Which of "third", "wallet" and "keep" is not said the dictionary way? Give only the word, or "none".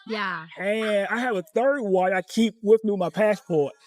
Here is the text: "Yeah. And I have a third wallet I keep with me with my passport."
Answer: wallet